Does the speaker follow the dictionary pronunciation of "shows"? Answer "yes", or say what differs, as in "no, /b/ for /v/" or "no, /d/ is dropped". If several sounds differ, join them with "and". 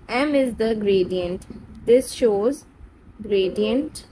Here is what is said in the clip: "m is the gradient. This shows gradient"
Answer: yes